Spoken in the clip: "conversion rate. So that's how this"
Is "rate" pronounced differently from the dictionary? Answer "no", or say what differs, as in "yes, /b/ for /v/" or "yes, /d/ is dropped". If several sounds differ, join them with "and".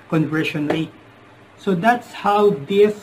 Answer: yes, /l/ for /ɹ/